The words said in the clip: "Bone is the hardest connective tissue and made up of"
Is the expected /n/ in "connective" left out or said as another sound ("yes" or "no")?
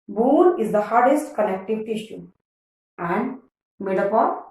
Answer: yes